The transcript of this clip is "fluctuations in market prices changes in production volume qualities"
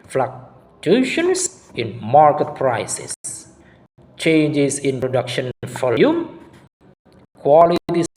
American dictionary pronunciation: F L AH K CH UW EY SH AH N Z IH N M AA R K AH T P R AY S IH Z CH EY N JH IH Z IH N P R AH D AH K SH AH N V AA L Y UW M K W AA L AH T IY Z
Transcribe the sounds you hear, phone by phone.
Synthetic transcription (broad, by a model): F L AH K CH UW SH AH N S IH N M AA R K AH T P R AY S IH S CH EY N JH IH S IH N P R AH D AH K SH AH N F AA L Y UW M K W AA L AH T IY